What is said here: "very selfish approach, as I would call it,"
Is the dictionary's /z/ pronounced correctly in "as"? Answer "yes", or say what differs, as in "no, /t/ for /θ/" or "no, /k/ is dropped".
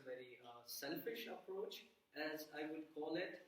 yes